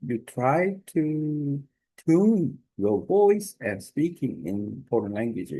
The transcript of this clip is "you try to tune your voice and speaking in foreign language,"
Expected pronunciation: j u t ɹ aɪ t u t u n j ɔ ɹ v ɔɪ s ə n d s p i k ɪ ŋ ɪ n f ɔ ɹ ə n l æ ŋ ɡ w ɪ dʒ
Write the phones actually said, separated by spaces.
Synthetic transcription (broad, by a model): j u t ɹ aɪ t u t u n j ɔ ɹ v ɔɪ s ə n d s p i k ɪ ŋ ɪ n p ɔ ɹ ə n l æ ŋ ɡ w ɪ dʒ